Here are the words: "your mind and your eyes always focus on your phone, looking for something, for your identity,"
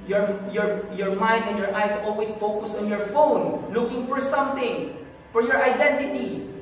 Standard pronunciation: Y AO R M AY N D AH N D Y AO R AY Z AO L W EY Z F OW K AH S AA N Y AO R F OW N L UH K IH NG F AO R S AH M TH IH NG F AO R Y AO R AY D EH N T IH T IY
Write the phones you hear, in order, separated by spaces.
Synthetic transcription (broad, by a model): Y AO R M AY N D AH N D Y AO R AY S AO L W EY S F OW K AH S AA N Y AO R F OW N L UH K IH NG F AO R S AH M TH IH NG F AO R Y AO R AY D EH N T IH T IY